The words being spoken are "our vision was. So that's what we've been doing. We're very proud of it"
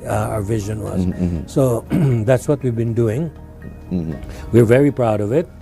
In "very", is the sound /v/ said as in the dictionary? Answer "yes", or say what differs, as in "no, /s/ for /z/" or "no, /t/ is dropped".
yes